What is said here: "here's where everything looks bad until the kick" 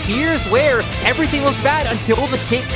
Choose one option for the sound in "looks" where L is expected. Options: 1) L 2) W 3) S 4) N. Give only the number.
2